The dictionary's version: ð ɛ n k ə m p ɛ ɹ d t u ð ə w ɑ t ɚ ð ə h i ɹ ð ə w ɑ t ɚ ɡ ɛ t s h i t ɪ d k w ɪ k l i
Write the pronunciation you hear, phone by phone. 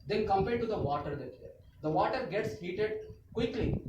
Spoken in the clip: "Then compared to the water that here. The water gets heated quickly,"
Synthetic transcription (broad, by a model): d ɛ n k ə m p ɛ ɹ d t u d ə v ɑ t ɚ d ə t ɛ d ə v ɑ t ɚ ɡ ɛ t s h i t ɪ d k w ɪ k l i